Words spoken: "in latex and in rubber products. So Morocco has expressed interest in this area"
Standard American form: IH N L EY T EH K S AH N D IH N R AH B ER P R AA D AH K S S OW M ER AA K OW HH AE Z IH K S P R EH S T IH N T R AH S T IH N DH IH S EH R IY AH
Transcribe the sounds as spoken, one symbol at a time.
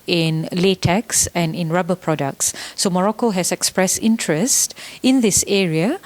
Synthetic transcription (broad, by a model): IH N L EY T EH K S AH N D IH N R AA B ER P R AA D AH K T S OW M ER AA K OW HH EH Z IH K S P R EH S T IH N T R AH S T IH N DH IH S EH R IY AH